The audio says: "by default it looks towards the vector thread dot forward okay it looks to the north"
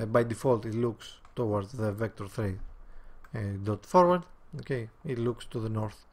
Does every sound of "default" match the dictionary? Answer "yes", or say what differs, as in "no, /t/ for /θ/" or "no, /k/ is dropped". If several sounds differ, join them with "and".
yes